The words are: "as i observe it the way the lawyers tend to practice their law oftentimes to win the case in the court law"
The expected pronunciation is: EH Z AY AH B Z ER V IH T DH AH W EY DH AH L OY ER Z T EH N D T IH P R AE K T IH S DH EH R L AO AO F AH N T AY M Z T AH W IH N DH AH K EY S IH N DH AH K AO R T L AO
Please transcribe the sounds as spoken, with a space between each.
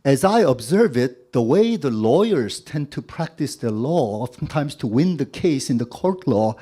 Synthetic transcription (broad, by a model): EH Z AY AH B Z ER V IH T DH AH W EY DH AH L OY ER Z T EH N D T IH P R AE K T IH S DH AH L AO AO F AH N T AY M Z T AH W IH N DH AH K EY S IH N DH AH K AO R T L AO